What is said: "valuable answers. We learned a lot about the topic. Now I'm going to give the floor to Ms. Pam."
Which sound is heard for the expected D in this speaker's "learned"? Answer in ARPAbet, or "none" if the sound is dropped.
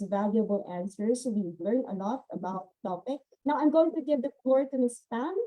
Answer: none